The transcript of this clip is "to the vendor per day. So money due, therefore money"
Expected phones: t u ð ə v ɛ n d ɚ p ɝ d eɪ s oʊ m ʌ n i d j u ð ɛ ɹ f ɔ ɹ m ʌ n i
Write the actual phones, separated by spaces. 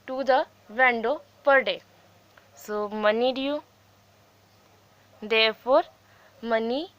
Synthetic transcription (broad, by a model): t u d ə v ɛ n d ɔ p ɝ d eɪ s oʊ m ʌ n i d j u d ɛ ɹ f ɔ ɹ m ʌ n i